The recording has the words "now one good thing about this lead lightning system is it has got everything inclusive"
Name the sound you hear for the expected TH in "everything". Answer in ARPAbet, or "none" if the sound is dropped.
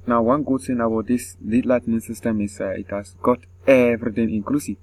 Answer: T